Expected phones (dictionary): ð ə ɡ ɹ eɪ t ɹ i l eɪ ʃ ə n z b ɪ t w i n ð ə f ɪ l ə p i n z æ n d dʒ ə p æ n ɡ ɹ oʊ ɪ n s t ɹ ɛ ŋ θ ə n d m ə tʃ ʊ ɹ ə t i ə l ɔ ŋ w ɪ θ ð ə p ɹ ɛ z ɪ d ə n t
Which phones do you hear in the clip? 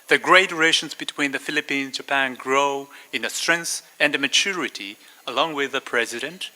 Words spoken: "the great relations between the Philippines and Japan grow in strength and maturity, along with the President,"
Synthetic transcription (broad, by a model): ð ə ɡ ɹ eɪ t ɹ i ɪ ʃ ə n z b ɪ t w i n ð ə f ɪ l ə p i n z dʒ ə p æ n ɡ ɹ oʊ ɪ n s t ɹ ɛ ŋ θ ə n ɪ m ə tʃ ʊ ɹ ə t i ə l ɔ ŋ w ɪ ð ə p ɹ ɛ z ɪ d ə n t